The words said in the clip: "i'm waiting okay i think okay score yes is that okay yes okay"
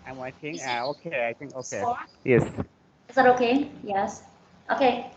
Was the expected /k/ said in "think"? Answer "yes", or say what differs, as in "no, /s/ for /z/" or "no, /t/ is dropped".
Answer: yes